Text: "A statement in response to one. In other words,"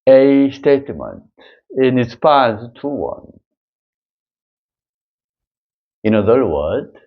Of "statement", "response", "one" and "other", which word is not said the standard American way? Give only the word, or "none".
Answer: response